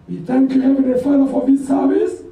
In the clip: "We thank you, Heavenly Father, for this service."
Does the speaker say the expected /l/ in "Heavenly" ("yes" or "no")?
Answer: no